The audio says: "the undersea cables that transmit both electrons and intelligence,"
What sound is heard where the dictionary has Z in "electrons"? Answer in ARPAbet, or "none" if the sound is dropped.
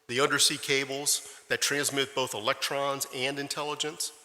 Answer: Z